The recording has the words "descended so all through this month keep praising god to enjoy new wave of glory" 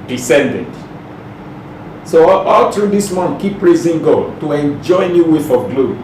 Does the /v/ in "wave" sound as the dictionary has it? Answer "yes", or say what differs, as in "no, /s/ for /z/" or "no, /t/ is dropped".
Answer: no, /f/ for /v/